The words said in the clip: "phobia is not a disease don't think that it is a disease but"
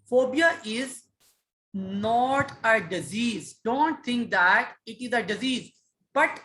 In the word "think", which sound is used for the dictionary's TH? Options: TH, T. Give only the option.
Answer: T